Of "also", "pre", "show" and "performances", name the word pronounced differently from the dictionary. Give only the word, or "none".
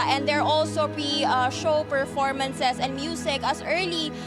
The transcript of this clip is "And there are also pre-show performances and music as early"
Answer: performances